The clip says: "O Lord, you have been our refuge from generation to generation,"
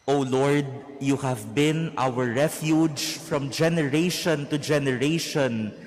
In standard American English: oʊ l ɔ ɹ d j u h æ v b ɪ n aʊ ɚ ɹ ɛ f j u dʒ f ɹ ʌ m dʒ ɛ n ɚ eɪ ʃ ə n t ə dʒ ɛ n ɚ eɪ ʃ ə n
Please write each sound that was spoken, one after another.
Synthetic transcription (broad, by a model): oʊ l ɔ ɹ d j u h æ v b ɪ n aʊ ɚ ɹ ɛ f j u dʒ f ɹ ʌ m dʒ ɛ n ɚ eɪ ʃ ə n t ə dʒ ɛ n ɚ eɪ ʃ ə n